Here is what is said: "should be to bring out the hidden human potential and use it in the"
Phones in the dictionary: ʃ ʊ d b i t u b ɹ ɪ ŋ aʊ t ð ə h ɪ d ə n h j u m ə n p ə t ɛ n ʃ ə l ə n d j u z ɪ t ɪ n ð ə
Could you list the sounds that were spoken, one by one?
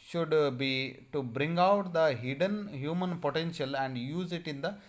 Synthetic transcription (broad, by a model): ʃ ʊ d b i t u b ɹ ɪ ŋ aʊ t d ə h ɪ d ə n h j u m ə n p ə t ɛ n ʃ ə l ə n d j u z ɪ t ɪ n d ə